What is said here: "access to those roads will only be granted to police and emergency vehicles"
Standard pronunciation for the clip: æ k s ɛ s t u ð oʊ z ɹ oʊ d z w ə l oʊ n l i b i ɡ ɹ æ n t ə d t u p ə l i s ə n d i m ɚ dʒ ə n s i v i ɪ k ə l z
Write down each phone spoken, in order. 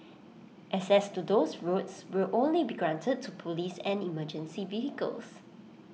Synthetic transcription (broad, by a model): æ s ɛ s t u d oʊ s ɹ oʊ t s w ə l oʊ n l i b i ɡ ɹ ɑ n t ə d t u p ə l i s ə n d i m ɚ dʒ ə n s i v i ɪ k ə l s